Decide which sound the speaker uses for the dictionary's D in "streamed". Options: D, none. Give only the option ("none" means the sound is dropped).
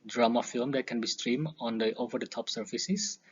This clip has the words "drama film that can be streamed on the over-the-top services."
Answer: none